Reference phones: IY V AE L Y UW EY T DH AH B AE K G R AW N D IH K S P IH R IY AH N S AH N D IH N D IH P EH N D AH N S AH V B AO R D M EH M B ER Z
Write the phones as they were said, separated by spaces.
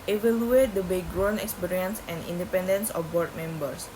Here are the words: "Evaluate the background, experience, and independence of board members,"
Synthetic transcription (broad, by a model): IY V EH L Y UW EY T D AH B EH G R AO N IH K S P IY R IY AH N S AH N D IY N D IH P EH N D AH N S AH F B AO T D M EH M B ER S